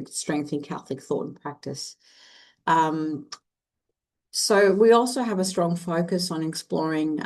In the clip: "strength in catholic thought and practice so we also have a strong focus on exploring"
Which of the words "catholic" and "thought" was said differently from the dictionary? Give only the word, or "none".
none